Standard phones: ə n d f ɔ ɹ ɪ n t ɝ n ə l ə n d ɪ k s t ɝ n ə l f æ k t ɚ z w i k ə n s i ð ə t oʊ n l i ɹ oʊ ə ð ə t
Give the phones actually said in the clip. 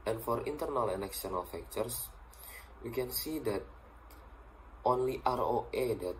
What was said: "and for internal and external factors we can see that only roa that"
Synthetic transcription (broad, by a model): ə n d f ɔ ɹ ɪ n t ɝ n ə l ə n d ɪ k s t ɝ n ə l f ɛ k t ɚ s w i k ə n s i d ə t oʊ n l i ɹ oʊ ə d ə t